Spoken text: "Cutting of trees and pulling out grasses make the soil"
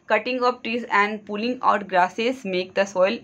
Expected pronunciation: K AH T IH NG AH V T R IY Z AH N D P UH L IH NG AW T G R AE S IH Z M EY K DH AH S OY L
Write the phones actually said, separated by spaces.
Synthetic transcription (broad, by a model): K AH T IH NG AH P T R IY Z AH N D P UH L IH NG AW T G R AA S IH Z M EY K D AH S OY L